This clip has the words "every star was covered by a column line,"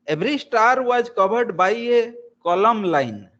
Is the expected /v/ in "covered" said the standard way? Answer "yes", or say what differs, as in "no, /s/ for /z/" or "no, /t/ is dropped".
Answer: no, /b/ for /v/